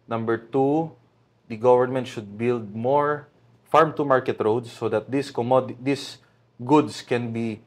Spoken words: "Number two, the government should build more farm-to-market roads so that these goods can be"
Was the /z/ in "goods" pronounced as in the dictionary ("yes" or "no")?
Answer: no